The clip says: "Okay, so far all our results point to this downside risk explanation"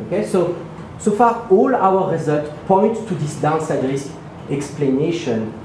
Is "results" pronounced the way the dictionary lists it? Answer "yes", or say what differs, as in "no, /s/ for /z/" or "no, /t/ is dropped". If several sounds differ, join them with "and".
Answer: no, /s/ is dropped